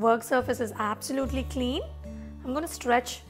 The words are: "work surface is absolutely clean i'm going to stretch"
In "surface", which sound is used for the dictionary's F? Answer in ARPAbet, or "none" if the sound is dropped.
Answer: F